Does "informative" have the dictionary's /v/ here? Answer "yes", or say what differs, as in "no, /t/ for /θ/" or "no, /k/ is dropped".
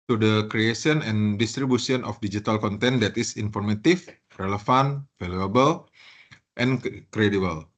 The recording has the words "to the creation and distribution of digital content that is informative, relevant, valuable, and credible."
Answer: no, /f/ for /v/